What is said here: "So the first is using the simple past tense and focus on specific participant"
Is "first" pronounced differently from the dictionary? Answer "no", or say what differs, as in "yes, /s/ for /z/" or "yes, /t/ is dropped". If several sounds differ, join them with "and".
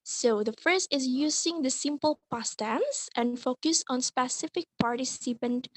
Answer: yes, /t/ is dropped